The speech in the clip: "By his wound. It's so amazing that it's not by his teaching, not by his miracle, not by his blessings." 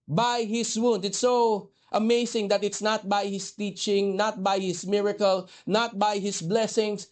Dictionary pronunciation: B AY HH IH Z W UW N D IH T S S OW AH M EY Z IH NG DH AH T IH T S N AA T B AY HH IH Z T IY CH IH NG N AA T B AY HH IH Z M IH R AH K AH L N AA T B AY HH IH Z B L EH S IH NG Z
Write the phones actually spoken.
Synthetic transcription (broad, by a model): B AY HH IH S W UW N D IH T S S OW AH M EY S IH NG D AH T IH T S N AA T B AY HH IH S T IY CH IH NG N AA T B AY HH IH S M IH R AH K AH L N AA T B AY HH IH S B L EH S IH NG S